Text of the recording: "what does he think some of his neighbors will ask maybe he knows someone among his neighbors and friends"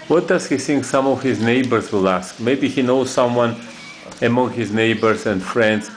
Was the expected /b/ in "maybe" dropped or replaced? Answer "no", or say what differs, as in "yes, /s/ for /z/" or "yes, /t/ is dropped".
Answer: no